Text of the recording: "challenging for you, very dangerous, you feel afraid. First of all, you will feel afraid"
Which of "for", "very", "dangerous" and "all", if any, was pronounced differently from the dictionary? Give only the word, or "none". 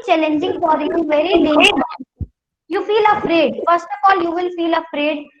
dangerous